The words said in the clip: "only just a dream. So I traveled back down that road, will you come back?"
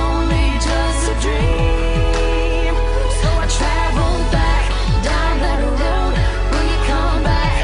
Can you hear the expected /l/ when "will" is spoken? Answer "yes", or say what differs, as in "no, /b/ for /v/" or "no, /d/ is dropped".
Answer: no, /n/ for /l/